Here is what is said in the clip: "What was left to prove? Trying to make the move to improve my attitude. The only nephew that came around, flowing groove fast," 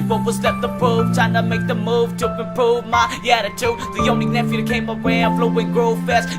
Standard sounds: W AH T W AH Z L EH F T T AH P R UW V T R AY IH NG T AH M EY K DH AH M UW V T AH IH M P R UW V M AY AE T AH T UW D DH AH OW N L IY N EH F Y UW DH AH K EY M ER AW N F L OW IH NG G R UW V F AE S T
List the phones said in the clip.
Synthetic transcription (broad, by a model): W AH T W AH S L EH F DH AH P R UW V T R AY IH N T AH M EY K DH AH M UW V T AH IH P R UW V M AY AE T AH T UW DH AH OW N L IY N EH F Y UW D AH K EY M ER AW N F L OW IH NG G R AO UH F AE S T